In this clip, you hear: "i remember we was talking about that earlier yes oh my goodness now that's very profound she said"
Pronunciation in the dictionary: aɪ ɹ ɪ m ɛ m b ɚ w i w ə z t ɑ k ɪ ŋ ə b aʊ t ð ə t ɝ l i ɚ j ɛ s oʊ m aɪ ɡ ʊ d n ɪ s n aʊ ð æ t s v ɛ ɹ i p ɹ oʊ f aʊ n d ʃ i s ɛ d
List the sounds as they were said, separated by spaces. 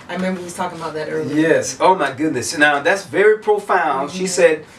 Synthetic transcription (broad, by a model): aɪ ɹ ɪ m ɛ m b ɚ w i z t ɑ k ɪ ŋ ə b aʊ t ð ə t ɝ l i j ɛ s oʊ m aɪ ɡ ʊ d n ɪ s n aʊ ð æ t s v ɛ ɹ i p ɹ oʊ f aʊ n d ʃ i s ɛ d